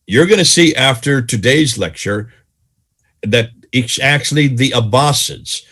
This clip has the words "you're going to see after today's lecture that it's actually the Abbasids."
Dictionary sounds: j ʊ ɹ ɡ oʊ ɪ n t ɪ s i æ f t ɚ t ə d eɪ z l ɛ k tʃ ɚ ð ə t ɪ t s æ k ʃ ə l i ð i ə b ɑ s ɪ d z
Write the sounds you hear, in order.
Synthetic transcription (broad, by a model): j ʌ ɹ ɡ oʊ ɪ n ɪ s i æ f t ɚ t ə d eɪ z l ɛ k tʃ ɚ ð ə t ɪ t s æ k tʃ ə l i ð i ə b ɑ s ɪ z